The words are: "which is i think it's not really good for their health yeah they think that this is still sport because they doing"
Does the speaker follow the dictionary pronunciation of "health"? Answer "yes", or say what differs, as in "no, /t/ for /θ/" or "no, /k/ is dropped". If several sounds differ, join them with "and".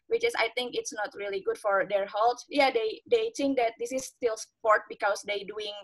no, /t/ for /θ/